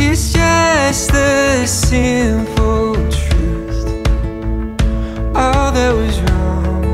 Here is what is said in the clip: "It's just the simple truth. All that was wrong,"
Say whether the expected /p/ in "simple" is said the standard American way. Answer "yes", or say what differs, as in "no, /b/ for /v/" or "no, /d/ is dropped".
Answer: no, /f/ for /p/